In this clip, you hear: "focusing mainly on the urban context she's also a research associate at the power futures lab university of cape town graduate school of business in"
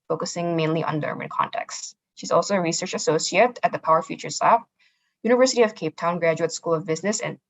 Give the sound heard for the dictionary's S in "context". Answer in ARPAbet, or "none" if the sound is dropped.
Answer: S